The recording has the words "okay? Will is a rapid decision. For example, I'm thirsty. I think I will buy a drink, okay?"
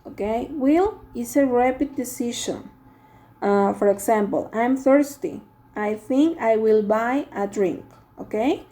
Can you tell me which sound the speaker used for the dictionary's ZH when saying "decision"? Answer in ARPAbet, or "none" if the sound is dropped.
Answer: SH